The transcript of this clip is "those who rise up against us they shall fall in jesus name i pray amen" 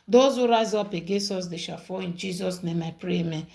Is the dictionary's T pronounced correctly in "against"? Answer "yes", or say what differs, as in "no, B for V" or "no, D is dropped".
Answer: no, T is dropped